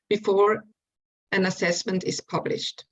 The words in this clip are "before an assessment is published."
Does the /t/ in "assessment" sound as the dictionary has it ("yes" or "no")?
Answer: yes